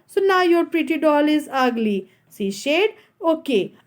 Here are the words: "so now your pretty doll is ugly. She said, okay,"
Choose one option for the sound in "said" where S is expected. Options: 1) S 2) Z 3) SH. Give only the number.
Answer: 3